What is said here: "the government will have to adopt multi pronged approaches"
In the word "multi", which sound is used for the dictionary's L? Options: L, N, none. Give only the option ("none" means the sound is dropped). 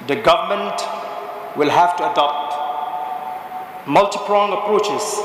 L